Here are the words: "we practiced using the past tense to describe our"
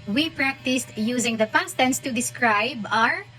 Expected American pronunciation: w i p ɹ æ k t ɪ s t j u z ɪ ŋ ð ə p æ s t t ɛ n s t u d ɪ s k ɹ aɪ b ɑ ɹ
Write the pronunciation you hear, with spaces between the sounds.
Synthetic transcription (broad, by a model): w i p ɹ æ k t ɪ s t j u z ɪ ŋ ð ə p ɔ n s t ɛ n s t u d ɪ s k ɹ aɪ b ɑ ɹ